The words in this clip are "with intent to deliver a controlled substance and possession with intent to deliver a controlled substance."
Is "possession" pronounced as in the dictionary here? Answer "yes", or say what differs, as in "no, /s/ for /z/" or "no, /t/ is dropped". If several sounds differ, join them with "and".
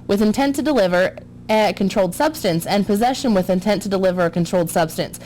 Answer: yes